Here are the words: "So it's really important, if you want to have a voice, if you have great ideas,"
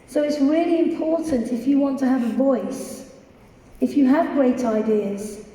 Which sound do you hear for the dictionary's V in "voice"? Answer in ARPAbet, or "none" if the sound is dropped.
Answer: V